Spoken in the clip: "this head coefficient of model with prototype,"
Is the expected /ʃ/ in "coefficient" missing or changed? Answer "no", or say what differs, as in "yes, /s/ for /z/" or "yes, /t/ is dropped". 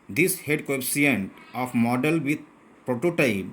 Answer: yes, /ʃ/ is dropped